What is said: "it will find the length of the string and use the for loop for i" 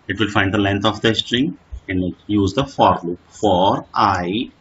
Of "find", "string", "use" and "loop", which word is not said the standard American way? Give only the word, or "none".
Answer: none